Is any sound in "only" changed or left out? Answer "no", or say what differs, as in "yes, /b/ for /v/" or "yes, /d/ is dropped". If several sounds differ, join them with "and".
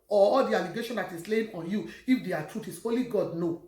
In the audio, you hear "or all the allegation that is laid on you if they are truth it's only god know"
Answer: yes, /n/ is dropped